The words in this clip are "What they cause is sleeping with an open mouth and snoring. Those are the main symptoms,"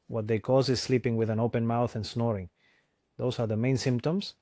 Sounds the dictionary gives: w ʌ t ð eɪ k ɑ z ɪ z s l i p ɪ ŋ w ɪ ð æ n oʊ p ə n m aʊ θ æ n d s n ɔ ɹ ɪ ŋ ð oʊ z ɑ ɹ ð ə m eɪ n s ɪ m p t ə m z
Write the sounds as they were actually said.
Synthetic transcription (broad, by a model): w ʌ t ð eɪ k ɑ z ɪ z s l i p ɪ ŋ w ɪ ð æ n oʊ p ə n m aʊ θ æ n s n ɔ ɹ ɪ ŋ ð oʊ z ɑ ɹ ð ə m eɪ n s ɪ m p t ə m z